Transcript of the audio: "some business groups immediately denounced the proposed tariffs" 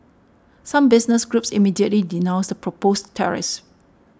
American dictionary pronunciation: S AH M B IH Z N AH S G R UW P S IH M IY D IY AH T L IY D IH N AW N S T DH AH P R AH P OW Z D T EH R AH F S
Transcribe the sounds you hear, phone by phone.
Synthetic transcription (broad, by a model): S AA M B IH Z N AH S G R UW P S IH M IY D IY AH T L IY D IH N AW N S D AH P R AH P OW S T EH R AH S